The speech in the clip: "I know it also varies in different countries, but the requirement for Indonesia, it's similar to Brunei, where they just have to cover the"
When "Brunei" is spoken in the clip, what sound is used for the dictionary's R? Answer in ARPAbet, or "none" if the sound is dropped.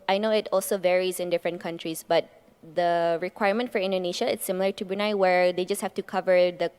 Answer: none